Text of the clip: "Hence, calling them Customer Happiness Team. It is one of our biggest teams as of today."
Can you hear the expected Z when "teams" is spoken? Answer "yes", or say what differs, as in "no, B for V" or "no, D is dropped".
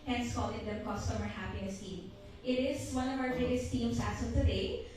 no, S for Z